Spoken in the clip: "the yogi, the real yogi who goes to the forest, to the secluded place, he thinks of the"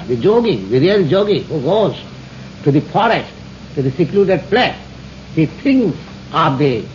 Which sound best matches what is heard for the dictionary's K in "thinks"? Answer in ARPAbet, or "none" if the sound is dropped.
none